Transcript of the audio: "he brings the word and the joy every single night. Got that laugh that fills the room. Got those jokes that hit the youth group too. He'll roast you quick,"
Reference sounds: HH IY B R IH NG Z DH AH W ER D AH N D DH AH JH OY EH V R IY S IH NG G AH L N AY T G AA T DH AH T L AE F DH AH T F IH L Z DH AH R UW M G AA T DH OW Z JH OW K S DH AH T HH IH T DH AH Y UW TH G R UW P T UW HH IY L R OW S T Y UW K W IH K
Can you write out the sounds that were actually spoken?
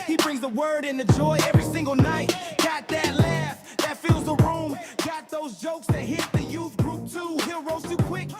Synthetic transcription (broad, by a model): HH IY B R IH NG Z DH AH W ER D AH N DH AH JH OY EH V R IY S IH NG G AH L N AY T G AA T DH AH T L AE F DH AH T F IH L Z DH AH R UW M G AA T DH OW Z JH OW K S DH AH T HH IH T DH AH Y UW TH G R UW P T UW HH IY L R OW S T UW K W IH K